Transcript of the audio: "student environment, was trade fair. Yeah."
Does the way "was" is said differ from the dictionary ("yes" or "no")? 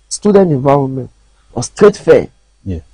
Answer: yes